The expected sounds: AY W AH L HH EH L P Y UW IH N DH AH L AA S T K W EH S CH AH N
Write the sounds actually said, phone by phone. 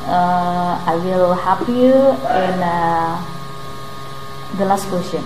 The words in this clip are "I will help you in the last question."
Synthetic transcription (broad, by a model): AY W AH L HH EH P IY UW IH N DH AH L AA S T K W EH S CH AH N